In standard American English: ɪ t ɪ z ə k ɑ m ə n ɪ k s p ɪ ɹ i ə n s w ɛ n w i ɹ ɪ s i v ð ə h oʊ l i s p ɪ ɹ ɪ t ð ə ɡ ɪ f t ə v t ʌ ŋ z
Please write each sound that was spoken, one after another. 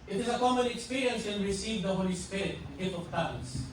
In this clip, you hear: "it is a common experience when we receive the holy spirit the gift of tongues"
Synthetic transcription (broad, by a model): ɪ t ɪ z ə k ɑ m ə n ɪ k s p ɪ ɹ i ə n s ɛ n ɹ ɪ s i v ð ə h oʊ l i s p ɪ ɹ ɪ t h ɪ t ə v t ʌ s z